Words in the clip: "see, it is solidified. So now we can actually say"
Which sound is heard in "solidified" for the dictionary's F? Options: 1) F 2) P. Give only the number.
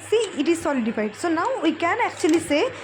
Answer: 2